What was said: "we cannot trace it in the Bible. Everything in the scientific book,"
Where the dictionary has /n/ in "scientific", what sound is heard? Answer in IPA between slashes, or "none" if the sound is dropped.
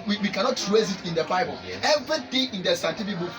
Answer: none